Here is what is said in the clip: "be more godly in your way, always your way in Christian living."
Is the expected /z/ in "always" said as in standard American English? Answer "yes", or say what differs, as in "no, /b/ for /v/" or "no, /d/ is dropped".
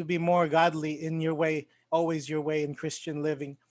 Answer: yes